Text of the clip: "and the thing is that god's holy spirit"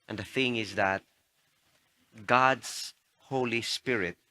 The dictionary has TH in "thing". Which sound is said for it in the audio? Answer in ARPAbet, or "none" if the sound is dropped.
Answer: TH